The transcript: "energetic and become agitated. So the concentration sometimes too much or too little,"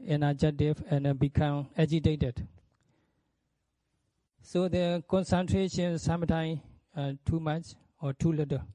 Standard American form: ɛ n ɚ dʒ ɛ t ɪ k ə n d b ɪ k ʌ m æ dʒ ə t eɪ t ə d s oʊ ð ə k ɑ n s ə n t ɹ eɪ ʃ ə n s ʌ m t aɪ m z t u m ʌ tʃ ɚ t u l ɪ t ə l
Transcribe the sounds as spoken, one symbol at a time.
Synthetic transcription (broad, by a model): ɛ n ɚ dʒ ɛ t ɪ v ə n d b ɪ k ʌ m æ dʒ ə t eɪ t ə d s oʊ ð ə k ɑ n s ə n t ɹ eɪ ʃ ə n s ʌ m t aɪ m t u m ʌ tʃ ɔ t u l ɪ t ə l